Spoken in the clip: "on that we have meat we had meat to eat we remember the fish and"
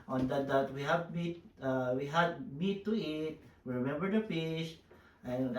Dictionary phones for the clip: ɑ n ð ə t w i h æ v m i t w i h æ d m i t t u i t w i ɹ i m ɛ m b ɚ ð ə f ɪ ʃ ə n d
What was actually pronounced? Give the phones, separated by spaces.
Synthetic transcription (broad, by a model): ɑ n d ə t w i h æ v m i t w i h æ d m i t t u i t w i ɹ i m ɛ m b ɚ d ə p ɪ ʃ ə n